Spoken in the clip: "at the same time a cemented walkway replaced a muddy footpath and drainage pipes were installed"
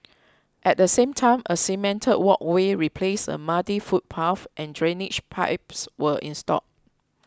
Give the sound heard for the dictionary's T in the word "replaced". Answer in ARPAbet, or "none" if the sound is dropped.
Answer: none